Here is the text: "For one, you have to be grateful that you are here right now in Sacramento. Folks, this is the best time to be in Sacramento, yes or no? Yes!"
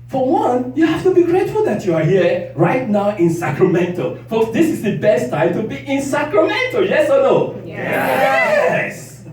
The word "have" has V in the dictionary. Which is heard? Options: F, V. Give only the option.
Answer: F